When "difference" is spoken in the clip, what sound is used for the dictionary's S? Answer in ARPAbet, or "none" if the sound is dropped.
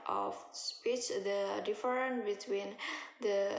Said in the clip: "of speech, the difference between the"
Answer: none